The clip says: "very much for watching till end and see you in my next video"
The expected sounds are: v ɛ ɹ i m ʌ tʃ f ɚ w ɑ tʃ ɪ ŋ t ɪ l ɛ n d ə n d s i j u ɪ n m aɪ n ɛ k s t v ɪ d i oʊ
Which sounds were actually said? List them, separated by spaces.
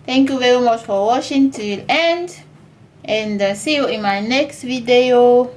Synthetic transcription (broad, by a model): v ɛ ɹ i m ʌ tʃ f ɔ w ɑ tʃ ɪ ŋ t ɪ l ɛ n d ə n d s i j u ɪ n m aɪ n ɛ k s t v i d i oʊ